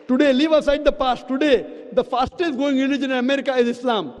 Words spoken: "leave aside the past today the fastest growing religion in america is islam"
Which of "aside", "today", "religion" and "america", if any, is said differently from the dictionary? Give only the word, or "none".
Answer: religion